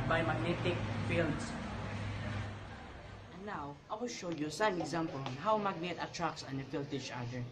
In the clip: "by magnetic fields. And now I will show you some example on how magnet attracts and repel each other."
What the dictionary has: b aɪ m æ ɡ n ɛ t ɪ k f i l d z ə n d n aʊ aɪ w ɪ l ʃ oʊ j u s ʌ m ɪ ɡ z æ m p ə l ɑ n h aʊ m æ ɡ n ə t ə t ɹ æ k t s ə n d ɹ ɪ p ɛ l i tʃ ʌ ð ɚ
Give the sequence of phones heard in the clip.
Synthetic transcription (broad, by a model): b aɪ m æ ɡ n ɛ t ɪ k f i l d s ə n n aʊ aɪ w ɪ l ʃ oʊ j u s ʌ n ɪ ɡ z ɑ m p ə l ɑ n h aʊ m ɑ ɡ n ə t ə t ɹ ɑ k s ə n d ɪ f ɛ l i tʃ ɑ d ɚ